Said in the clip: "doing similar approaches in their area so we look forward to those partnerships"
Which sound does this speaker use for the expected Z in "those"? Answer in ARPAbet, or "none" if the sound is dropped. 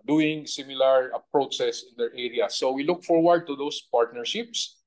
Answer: S